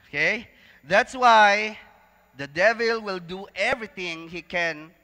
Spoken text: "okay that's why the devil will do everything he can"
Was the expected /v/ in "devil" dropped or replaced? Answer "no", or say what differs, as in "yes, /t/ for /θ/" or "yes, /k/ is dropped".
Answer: no